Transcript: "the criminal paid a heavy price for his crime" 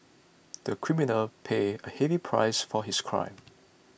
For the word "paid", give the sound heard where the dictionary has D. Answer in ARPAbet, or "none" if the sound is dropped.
none